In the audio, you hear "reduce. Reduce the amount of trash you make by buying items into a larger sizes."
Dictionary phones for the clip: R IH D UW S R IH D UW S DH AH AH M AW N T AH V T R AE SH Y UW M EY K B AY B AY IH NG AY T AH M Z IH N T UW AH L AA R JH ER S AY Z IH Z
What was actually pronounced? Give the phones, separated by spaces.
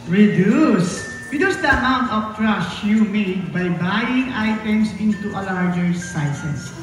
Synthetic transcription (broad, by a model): R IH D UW S R IH D UW S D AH AH M AW N T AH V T R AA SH Y UW M EY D B AY B AY IH NG AY T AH M S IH N T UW AH L AA R JH ER S AY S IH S